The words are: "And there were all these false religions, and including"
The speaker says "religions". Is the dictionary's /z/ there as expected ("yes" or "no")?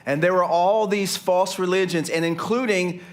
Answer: yes